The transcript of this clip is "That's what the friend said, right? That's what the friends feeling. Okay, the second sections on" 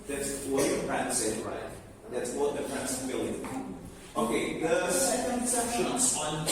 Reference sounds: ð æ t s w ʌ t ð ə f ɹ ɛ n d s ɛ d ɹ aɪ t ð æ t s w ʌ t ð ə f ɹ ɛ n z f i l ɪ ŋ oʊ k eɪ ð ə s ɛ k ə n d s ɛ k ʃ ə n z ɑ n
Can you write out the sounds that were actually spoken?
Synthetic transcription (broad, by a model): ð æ t s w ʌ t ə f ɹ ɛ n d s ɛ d ɹ aɪ t ð æ t s w ʌ t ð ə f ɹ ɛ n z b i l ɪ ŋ oʊ k eɪ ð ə s ɛ k ə n d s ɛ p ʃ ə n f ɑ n